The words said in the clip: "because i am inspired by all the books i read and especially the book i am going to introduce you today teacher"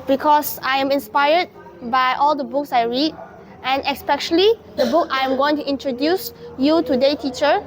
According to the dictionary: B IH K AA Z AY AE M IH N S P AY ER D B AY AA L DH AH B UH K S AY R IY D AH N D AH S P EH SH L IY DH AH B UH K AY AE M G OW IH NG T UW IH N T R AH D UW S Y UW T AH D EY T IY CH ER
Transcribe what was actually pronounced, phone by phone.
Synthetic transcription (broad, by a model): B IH K AA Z AY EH M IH N S P AY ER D B AY AA L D AH B UH K S AY R IY D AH N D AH S P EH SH L IY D AH B UH K AY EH M G OW IH NG T UW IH N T R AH D UW S Y UW T AH D EY T IY CH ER